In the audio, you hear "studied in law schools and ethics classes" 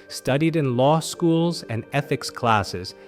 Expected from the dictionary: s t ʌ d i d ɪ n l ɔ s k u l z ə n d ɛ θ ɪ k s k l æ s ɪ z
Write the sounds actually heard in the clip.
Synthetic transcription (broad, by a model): s t ʌ d i d ɪ n l ɔ s k u l z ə n ɛ θ ɪ k s k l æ s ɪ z